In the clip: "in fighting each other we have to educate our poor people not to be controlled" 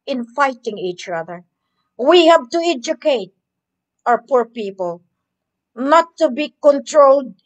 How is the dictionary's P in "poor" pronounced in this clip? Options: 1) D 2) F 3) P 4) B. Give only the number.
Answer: 3